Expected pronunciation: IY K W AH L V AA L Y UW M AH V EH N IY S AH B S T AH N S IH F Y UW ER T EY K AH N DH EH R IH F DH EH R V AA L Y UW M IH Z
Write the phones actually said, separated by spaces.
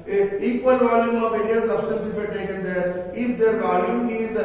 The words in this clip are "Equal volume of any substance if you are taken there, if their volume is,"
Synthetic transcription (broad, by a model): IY K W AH L V AA L Y UW M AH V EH L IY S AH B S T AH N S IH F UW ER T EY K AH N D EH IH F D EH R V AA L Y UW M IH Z